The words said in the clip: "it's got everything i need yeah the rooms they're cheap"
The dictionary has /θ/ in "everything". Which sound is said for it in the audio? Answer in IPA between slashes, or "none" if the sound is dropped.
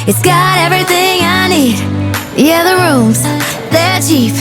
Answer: /θ/